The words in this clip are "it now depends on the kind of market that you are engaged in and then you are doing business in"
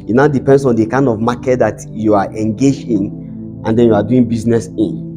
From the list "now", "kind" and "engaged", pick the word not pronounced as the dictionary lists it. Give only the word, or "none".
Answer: engaged